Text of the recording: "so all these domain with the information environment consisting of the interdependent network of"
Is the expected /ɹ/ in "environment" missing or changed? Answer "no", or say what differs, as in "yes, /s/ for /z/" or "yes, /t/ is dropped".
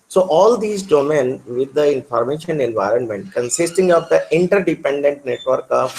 no